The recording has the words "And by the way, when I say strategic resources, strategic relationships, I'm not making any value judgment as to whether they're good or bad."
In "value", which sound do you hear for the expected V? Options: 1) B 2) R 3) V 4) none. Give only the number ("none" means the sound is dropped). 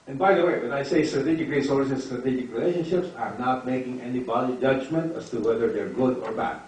1